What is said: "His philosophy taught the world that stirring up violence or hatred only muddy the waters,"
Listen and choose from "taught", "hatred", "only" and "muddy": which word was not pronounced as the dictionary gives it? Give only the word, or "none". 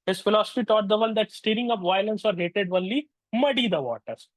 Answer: hatred